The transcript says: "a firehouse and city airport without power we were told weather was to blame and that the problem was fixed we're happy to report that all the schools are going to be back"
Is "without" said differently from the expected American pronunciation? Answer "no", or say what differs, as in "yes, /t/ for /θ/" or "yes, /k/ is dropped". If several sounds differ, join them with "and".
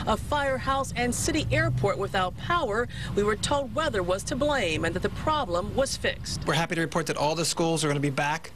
no